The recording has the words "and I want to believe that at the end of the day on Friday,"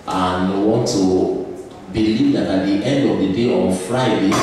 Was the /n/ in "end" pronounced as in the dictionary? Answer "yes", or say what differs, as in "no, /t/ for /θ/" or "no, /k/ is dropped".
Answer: yes